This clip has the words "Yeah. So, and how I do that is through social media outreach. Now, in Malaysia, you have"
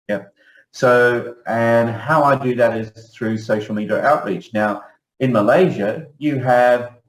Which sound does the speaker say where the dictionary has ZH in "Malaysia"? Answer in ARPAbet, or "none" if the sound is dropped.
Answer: ZH